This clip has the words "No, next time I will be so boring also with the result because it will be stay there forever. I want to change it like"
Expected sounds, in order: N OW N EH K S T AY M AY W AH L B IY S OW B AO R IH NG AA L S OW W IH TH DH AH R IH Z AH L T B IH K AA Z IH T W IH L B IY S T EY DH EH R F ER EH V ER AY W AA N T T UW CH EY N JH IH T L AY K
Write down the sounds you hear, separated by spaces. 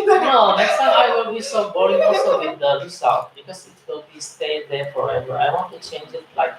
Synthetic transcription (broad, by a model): N OW N EH K S T AY M AY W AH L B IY S OW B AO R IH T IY S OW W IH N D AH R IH S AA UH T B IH K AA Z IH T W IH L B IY S T EY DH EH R F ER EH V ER AY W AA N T T UW CH EY N JH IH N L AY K